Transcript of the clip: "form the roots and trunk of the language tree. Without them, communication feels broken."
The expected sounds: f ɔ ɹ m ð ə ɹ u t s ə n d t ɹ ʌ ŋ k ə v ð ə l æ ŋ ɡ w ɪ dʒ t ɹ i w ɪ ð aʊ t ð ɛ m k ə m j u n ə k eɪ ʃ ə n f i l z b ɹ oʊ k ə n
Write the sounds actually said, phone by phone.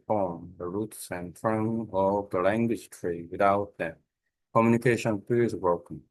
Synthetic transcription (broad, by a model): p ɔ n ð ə ɹ u t s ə n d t ɹ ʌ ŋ ə v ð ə l æ ŋ ɡ w ɪ dʒ t ɹ i w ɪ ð aʊ t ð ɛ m k ə m j u n ə k eɪ ʃ ə n p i z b ɹ oʊ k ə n